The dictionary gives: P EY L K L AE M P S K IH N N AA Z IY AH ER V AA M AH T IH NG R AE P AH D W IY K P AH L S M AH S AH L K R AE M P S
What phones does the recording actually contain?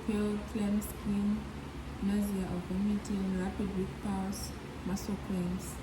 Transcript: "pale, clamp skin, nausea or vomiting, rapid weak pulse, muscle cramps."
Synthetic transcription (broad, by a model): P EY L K L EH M S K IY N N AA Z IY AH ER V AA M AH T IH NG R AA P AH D W IY K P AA W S M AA S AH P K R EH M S